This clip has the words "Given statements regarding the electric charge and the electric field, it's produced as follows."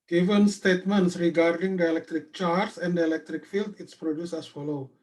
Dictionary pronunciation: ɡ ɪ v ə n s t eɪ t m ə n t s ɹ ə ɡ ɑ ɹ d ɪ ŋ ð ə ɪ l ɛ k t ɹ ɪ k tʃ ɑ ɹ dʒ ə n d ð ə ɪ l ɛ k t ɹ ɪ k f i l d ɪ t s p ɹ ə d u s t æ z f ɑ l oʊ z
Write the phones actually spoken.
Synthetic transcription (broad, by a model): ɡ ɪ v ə n s t eɪ t m ə n t s ɹ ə ɡ ɑ ɹ d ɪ ŋ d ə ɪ l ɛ k t ɹ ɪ k tʃ ɑ ɹ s ə n d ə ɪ l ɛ k t ɹ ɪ k f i l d ɪ t s p ɹ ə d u s æ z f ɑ l oʊ